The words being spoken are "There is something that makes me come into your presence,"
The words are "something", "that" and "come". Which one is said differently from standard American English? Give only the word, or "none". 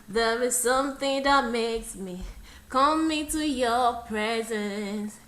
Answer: none